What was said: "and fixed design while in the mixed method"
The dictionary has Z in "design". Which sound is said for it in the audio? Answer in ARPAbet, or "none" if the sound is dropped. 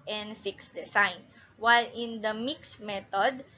S